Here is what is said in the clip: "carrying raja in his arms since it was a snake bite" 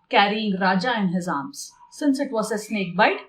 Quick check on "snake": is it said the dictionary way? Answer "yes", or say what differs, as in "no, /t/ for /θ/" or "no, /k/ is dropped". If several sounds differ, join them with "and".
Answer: yes